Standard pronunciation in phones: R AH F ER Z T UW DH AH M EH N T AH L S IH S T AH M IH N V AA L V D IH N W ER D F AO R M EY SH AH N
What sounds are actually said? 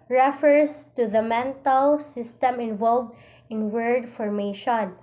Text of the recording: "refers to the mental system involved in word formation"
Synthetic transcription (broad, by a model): R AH F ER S T UW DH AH M EH N T AH L S IH S T AH M IH N V AA L V D IH N W ER D F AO R M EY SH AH N